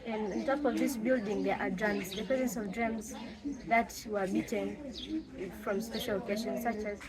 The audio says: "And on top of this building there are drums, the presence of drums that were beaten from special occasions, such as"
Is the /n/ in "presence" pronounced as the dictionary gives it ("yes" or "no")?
yes